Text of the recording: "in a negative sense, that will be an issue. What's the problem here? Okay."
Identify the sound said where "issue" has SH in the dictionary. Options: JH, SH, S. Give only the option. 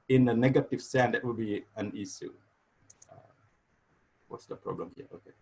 S